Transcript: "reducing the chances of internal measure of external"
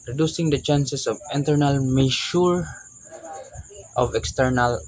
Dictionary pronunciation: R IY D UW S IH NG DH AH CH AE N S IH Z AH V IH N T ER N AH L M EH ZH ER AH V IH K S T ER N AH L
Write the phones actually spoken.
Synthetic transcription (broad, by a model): R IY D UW S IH NG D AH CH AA N S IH S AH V IH N T ER N AH L M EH SH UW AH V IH K S T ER N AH L